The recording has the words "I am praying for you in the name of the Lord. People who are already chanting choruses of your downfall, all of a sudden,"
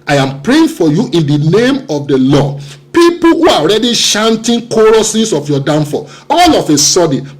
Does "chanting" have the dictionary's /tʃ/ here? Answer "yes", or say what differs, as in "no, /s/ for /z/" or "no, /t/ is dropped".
no, /ʃ/ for /tʃ/